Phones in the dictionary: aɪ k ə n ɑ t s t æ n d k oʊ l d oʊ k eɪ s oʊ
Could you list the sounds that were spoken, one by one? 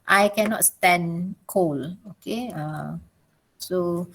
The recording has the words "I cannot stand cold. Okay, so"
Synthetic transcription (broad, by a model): aɪ k ə n ɑ t s t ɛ n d k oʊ l oʊ k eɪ s oʊ